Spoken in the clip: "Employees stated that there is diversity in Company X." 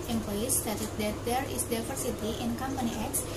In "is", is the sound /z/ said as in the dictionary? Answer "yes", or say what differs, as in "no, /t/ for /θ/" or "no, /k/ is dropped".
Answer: no, /s/ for /z/